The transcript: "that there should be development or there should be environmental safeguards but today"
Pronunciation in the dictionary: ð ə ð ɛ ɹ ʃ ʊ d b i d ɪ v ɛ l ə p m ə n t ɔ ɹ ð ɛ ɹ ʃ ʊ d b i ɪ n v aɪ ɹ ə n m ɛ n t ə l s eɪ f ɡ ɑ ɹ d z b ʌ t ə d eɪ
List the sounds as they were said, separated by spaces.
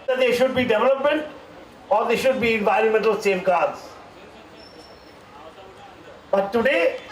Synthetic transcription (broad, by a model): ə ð ɛ ʃ ʊ d b i d ɪ v ɛ l ə p m ə n t ɔ ɹ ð ɛ ʃ ʊ d b i ɪ n v aɪ ɹ ə n m ɛ n t ə l s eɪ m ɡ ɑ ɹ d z b ʌ t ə d eɪ